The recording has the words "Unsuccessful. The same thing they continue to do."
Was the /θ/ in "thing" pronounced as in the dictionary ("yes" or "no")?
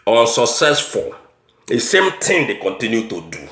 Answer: no